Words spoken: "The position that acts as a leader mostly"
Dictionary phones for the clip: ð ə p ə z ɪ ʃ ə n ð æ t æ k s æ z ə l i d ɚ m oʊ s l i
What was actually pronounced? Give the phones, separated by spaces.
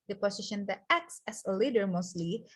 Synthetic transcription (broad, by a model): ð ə p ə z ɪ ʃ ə n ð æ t æ k s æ s ə l i d ɚ m oʊ s l i